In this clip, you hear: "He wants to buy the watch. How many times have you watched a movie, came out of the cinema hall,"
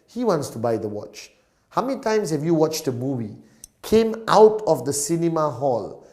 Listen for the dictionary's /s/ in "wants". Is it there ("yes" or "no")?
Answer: yes